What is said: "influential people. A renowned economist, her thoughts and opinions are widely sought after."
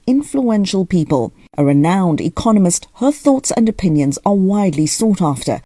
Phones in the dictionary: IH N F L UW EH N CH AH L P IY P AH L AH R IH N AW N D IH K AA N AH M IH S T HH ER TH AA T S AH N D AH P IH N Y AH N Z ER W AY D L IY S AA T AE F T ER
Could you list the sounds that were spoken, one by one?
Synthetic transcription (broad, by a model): IH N F L UW EH N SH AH L P IY P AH L AH R IH N AW N D IH K AA N AH M IH S T HH ER TH AA T S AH N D AH P IH N Y AH N Z ER W AY D L IY S AA T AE F T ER